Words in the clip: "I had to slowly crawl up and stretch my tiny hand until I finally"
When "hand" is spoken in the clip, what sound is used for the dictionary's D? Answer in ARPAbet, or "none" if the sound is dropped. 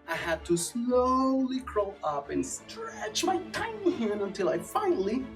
none